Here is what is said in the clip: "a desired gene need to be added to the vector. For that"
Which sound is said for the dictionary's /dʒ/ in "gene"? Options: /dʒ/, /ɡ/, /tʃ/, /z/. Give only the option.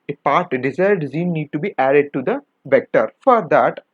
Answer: /z/